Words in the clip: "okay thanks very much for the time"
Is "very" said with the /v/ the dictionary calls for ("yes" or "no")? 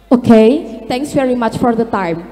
yes